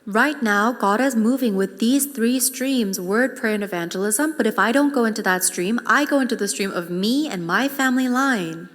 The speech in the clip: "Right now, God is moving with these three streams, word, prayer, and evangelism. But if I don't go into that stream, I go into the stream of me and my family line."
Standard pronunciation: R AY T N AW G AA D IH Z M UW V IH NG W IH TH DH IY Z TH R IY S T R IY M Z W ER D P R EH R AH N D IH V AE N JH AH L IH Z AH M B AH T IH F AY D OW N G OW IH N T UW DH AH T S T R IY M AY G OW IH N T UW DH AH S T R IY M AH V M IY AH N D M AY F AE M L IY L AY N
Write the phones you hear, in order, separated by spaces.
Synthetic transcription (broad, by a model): R AY T N AW G AA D IH Z M UW V IH NG W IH DH IY Z TH R IY S T R IY M Z W ER D P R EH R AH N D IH V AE N JH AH L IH Z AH M B AH T IH F AY D OW N G OW IH N T UW DH AH T S T R IY M AY G OW IH N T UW DH AH S T R IY M AH V M IY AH N M AY F AE M L IY L AY N